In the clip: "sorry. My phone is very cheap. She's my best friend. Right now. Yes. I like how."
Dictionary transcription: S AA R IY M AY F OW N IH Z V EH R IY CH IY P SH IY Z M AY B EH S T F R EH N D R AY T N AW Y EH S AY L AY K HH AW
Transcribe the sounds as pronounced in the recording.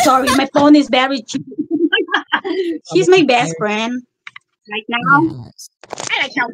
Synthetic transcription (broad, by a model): S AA R IY M AY F OW N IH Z B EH R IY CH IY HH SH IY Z M AY B EH S T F R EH N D R AY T N AW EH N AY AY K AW